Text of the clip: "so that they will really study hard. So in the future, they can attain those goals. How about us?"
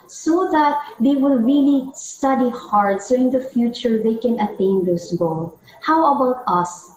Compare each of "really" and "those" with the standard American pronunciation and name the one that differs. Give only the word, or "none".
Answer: those